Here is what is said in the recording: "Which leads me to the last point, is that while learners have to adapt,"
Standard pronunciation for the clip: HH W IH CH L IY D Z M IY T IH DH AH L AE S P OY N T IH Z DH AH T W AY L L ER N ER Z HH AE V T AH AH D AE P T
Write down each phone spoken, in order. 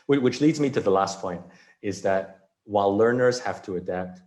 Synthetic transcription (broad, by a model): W W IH CH L IY D Z M IY T IH DH AH L AE S P OY N T IH Z DH AH T W AY L L ER N ER Z HH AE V T AH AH D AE P T